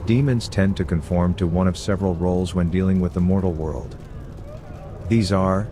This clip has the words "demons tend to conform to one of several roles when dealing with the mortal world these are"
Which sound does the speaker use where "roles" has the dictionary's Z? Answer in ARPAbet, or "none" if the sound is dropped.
Z